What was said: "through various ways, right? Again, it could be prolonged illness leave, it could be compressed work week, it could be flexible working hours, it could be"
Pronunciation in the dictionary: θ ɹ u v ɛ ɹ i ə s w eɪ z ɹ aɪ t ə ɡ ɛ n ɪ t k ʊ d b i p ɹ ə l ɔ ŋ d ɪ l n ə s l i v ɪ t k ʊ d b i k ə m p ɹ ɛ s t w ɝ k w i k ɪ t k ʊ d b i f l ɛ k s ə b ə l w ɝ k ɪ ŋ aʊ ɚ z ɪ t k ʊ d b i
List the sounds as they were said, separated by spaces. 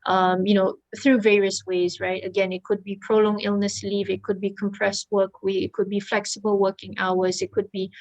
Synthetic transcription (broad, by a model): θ ɹ u v ɛ ɹ i ə s w eɪ z ɹ aɪ t ə ɡ ɛ n ɪ t k ʊ d b i p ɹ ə l ɔ ŋ ɪ l n ə s l i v ɪ t k ʊ d b i k ə m p ɹ ɛ s t w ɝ k w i ɪ t k ʊ d b i f l ɛ k s ə b ə l w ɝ k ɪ ŋ aʊ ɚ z ɪ t k ʊ d b i